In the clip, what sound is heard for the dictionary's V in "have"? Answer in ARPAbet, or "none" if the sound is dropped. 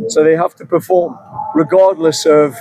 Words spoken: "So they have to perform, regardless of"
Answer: F